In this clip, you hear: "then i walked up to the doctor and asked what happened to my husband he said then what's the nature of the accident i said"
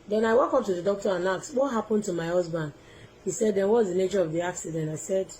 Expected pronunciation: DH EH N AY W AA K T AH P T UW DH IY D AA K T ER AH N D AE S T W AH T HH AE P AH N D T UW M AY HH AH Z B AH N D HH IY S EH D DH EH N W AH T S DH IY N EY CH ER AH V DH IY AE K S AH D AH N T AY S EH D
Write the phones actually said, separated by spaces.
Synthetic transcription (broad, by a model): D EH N AY W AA K AO P T UW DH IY D AA K T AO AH N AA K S W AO T HH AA P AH N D T UW M AY HH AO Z B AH N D HH IY S EH D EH N W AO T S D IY N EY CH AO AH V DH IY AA K S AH D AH N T AY S EH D